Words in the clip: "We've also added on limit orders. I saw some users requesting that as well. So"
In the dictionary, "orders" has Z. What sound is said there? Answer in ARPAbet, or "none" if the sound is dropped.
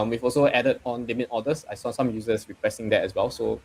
S